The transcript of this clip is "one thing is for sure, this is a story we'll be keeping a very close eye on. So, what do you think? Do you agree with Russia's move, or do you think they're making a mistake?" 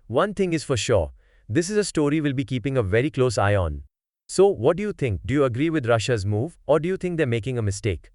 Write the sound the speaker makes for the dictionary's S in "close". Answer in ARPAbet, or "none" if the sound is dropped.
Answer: S